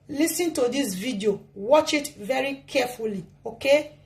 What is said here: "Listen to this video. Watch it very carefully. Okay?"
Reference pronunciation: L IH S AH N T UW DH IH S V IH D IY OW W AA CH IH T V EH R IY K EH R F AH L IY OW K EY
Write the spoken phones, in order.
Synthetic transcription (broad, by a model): L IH S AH N T UW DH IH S V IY D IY OW W AA CH IH T V EH R IY K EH F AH L IY OW K EY